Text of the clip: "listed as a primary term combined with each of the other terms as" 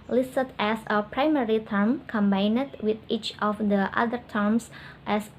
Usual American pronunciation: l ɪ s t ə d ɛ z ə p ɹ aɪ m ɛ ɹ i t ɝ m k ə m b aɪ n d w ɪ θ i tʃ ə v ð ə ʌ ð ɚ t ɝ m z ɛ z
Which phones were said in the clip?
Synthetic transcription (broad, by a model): l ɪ s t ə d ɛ s ə p ɹ aɪ m ɛ ɹ i t ɝ m k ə m b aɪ n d w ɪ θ i tʃ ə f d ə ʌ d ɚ t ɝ m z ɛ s